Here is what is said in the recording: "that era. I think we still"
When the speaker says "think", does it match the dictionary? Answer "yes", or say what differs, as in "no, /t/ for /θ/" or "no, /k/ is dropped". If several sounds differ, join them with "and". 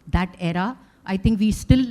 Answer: no, /t/ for /θ/